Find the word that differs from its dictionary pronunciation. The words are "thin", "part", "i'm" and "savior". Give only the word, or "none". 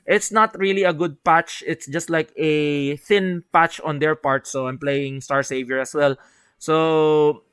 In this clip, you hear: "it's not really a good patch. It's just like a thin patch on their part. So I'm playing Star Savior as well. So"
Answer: none